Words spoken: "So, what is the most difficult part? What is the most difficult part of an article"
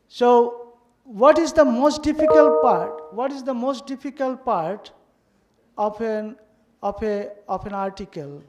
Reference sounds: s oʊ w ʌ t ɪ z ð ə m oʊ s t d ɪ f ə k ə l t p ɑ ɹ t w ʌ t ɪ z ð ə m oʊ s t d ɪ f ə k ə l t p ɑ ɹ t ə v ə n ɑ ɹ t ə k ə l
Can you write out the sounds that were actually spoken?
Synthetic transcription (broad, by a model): s oʊ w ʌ t ɪ z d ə m oʊ s t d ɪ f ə k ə l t p ɑ ɹ t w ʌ t ɪ z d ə m oʊ s t d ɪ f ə k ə l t p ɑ ɹ t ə p ə n ɑ ɹ t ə k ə l